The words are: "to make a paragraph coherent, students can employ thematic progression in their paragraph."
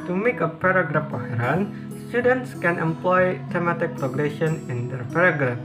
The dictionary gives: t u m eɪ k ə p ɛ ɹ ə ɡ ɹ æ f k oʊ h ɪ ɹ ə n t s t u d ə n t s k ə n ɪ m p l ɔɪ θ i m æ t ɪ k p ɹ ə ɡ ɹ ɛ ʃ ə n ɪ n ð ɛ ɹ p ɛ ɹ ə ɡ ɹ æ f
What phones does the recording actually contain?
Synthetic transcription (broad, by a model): t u m eɪ k ə p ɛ ɹ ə ɡ ɹ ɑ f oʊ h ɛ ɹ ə n s t u d ə n t s k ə n ɪ m p l ɔɪ t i m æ t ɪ k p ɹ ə ɡ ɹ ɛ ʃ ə n ɪ n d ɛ ɹ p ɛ ɹ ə ɡ ɹ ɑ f